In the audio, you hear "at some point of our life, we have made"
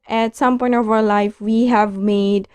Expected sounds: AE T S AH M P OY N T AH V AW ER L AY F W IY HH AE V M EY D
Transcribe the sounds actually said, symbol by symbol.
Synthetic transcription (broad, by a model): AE T S AH M P OY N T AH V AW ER L AY F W IY HH AE V M EY D